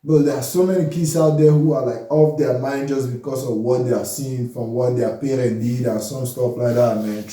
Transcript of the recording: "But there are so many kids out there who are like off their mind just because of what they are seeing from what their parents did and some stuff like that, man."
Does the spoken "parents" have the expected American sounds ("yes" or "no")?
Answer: no